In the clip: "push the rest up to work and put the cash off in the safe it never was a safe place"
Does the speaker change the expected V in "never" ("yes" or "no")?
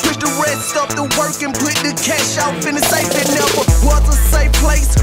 yes